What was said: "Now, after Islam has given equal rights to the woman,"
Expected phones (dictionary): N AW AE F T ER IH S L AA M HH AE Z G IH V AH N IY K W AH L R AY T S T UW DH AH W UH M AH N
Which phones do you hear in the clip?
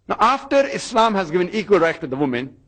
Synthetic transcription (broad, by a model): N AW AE F T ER IH S L AA M HH AE Z G IH V AH N IY K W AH L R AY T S T UW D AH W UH M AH N